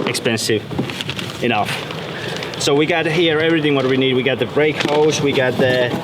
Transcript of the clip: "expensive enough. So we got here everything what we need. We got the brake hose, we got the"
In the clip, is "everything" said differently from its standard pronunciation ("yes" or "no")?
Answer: no